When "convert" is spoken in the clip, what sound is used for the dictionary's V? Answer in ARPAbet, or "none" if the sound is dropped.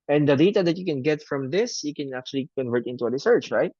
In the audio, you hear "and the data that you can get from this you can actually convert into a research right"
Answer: V